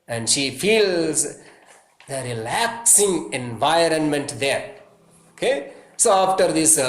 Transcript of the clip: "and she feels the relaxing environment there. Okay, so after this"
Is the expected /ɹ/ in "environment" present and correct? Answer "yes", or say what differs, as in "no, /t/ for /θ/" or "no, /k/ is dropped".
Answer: yes